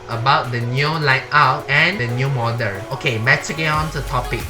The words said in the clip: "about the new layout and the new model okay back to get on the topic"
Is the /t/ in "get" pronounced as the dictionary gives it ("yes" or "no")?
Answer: no